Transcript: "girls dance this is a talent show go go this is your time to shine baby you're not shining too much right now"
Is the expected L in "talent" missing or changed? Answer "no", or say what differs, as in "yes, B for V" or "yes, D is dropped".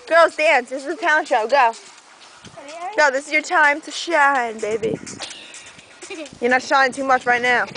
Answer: yes, L is dropped